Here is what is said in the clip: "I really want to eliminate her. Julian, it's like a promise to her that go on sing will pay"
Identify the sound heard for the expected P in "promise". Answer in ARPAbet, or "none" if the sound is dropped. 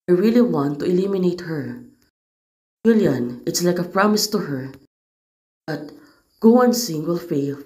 P